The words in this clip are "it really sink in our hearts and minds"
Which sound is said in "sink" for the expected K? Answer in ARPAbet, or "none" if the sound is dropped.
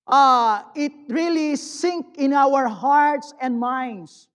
K